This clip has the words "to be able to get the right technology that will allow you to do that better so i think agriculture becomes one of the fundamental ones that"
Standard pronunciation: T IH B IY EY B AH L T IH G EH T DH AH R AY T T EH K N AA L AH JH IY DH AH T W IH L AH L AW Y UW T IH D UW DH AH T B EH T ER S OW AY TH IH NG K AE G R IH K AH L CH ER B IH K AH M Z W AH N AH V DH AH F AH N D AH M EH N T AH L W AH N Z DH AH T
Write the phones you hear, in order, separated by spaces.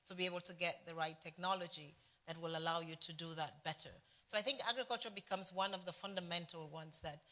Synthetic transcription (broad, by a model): T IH B IY EY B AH L T IH G EH T DH AH R AY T T EH K N AA L AH JH IY DH AH T W IH L AH L AW Y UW T IH D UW DH AH T B EH T ER S OW AY TH IH NG K AE G R IH K AH L CH ER B IH K AH M Z W AH N AH V DH AH F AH N D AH M EH N T L W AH N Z DH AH T